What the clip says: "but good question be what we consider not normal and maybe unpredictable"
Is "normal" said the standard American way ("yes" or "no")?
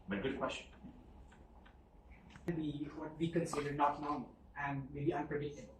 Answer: no